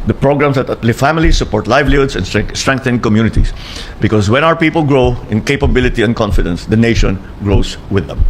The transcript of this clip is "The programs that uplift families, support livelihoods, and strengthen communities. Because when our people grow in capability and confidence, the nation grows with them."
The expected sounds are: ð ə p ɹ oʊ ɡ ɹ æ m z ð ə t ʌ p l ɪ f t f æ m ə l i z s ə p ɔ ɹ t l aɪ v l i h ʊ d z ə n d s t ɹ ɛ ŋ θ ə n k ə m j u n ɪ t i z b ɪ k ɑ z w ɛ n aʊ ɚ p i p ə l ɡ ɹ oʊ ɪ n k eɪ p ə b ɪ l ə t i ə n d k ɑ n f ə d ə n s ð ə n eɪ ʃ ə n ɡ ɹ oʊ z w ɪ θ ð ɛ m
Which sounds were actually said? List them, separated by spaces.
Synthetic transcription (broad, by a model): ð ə p ɹ oʊ ɡ ɹ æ m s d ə t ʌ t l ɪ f f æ m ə l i s ə p ɔ ɹ t l aɪ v l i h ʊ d s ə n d s t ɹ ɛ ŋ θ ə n k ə m j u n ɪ t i s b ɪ k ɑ s w ɛ n aʊ ɚ p i p ə l ɡ ɹ oʊ ɪ n k eɪ p ə b ɪ l ə t i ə n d k ɑ n f ə d ə n s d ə n eɪ ʃ ə n ɡ ɹ oʊ s w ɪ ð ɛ m